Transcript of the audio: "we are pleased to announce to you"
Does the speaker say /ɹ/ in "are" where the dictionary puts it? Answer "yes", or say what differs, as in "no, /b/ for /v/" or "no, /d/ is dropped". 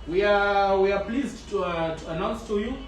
no, /w/ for /ɹ/